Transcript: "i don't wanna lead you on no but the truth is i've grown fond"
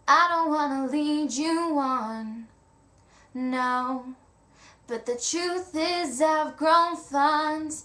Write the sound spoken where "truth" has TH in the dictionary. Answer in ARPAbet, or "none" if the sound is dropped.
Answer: TH